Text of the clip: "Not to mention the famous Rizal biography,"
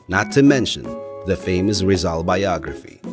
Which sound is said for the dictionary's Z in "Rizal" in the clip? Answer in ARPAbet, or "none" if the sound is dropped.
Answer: Z